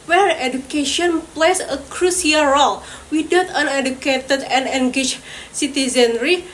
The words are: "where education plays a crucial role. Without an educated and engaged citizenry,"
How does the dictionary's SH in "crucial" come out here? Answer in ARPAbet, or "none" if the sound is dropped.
S